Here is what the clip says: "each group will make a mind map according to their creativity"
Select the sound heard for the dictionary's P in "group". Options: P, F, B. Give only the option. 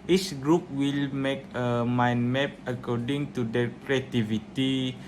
P